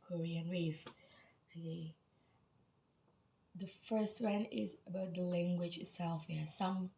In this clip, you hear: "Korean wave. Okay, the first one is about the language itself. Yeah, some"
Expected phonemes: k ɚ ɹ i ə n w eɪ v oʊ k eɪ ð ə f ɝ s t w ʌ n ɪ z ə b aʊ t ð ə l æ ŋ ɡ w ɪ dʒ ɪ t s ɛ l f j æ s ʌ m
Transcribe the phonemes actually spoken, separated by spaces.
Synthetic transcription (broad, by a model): k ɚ ɹ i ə n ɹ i f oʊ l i ð ə f ɝ s t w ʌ n ɪ z ə b aʊ t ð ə l æ ŋ ɡ w ɪ dʒ ɪ t s ɛ l f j s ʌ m